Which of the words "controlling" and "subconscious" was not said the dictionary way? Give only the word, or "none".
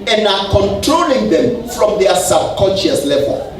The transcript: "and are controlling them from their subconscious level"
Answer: none